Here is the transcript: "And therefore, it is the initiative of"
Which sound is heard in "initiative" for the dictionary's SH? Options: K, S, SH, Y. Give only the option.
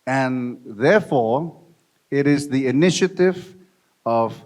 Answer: SH